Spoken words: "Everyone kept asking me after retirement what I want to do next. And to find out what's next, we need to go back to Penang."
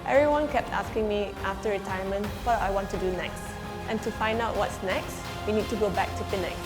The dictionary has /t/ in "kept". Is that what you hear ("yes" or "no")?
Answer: yes